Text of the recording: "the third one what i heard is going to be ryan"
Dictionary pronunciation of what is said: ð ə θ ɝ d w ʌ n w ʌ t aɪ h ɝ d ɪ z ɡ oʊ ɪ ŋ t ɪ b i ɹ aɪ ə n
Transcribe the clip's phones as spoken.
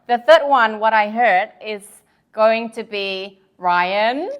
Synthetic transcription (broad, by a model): ð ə θ ɝ d w ʌ n w ʌ t aɪ h ɝ d ɪ z ɡ oʊ ɪ ŋ t ɪ b i ɹ aɪ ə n